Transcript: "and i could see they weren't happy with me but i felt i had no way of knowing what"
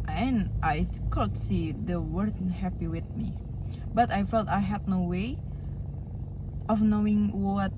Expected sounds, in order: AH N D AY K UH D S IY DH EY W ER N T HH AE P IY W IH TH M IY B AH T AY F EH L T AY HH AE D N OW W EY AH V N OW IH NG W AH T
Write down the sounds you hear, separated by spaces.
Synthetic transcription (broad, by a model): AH N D AY K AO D S IY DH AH W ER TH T HH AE P IY W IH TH M IY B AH T AY F EH L T AY HH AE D N OW W EY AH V N OW IH NG W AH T